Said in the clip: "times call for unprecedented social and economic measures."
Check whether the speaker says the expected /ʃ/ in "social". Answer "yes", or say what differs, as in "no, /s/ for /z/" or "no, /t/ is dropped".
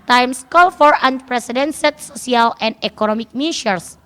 no, /s/ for /ʃ/